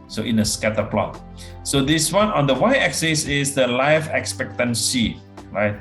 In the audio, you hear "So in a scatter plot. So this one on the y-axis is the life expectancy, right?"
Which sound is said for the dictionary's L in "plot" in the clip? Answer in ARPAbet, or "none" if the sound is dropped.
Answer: L